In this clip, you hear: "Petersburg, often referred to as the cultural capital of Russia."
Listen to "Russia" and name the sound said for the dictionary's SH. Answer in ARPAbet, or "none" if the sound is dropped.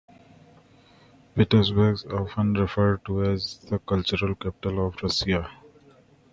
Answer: S